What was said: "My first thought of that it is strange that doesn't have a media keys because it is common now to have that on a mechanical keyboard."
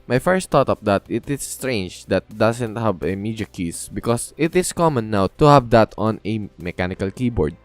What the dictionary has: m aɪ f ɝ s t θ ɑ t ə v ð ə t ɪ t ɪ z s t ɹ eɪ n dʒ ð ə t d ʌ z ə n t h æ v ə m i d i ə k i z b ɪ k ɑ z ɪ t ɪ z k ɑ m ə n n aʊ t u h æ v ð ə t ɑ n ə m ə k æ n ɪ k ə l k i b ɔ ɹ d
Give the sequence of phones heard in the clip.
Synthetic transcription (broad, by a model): m aɪ f ɝ s t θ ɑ t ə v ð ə t ɪ t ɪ s t ɹ eɪ n dʒ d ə t d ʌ s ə n t h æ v ə m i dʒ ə k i s b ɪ k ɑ s ɪ t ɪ s k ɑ m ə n n aʊ t u h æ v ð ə t ɑ n ə m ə k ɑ n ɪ k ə l k i b ɔ ɹ d